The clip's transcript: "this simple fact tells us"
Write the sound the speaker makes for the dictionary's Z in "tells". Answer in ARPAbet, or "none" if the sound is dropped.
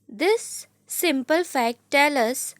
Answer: none